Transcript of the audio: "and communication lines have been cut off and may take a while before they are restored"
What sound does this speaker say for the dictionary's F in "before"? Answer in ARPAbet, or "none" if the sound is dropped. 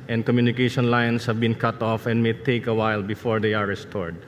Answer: F